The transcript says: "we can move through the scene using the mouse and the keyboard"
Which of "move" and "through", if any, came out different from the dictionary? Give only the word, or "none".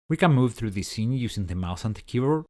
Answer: none